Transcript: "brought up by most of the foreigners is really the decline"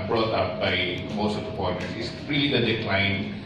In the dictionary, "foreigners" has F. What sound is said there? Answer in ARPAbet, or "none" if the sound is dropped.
P